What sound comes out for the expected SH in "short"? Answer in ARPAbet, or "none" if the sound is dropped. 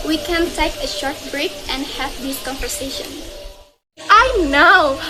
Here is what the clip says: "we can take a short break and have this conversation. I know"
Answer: SH